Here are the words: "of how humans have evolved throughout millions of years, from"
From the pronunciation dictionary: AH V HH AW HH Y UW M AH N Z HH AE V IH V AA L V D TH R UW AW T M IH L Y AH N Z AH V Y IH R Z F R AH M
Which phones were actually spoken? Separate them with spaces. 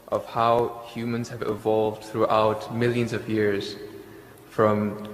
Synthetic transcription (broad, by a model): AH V HH AW HH Y UW M AH N Z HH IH V IH V AA L V D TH R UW AW T M IH L Y AH N Z AH V Y IH R Z F R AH M